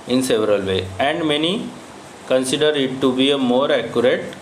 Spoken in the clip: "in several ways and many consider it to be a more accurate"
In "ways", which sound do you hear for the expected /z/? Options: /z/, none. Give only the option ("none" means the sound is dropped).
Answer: none